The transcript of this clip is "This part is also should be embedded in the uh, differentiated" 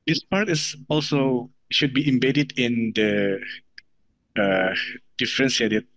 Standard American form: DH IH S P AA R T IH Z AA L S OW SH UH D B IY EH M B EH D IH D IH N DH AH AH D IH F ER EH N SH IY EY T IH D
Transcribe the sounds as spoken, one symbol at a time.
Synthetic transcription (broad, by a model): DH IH S P AA R T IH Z AA L S OW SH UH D B IY EH M B EH D IH D IH N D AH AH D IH F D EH N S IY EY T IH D